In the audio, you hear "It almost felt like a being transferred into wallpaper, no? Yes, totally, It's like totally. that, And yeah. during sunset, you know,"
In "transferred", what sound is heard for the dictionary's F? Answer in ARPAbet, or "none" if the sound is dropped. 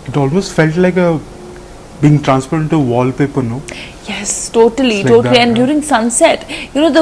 P